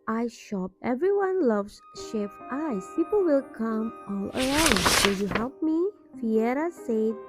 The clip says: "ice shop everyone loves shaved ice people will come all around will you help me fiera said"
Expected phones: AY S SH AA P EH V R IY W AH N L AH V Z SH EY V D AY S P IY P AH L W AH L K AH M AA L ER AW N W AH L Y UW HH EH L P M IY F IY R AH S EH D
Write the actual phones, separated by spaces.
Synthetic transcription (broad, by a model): AY SH AA P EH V R IY W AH N L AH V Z SH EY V AY S P IY P AH L W AH L K AH M AA L ER AW N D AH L Y UW HH EH L P M IY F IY R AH S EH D